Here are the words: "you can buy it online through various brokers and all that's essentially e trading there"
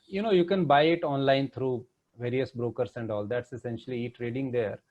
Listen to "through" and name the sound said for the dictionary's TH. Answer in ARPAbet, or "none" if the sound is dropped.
T